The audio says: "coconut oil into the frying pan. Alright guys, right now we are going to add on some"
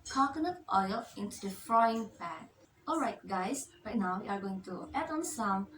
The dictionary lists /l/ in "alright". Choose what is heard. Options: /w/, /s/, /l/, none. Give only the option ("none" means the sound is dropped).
/l/